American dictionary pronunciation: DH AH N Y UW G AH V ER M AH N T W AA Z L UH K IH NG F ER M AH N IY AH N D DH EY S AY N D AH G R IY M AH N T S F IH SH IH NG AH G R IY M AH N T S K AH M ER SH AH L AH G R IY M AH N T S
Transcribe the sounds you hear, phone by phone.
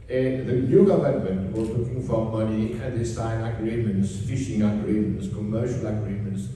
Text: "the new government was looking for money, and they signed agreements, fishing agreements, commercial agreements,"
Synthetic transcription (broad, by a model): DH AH N Y UW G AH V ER M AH N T W AA Z L UH K IH NG F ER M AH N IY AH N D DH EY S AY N AH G R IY M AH N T S F IH SH IH NG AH G R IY M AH N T S K AH M ER SH AH L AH G R IY M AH N T S